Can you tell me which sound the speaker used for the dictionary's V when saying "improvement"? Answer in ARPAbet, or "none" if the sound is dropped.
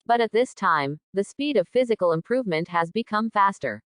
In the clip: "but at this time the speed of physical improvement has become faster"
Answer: V